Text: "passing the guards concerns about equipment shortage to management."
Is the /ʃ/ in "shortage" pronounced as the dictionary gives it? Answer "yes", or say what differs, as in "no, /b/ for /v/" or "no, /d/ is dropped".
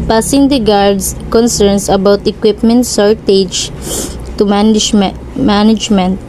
no, /s/ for /ʃ/